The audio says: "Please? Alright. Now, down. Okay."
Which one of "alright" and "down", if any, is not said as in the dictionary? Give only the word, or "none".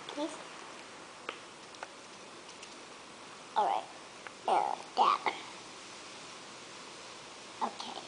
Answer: down